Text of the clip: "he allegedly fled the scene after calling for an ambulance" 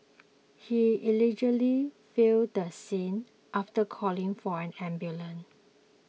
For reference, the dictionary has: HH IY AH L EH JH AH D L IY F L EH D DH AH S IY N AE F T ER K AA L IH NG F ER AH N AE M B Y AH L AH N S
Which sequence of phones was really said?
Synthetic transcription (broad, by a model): HH IY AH L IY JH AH L IY F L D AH S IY N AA F T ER K AA L IH NG F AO AH N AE M B Y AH L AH N